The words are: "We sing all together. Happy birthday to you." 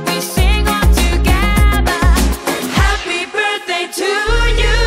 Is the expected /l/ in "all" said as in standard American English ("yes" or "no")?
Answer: no